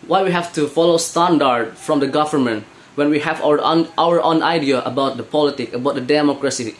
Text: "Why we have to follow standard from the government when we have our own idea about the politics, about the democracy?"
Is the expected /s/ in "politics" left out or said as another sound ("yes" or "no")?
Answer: yes